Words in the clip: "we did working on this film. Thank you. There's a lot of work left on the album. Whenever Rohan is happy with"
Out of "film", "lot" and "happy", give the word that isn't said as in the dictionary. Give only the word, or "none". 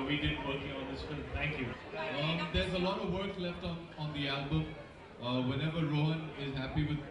none